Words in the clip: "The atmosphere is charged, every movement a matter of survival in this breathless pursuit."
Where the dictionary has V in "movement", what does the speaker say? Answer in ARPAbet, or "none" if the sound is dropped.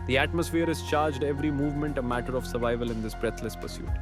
V